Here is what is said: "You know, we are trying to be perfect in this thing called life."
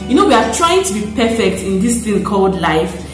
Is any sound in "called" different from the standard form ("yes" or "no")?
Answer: no